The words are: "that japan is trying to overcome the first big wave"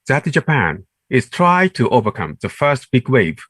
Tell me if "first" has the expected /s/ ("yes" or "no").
yes